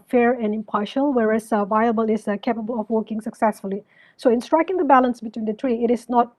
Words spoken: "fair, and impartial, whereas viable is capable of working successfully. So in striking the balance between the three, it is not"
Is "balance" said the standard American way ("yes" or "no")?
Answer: yes